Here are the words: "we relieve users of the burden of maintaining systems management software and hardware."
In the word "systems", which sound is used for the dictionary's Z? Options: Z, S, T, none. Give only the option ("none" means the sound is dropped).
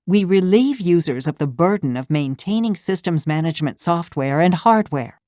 Z